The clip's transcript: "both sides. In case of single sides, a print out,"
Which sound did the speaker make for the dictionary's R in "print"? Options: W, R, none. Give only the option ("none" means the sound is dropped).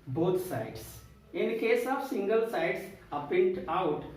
none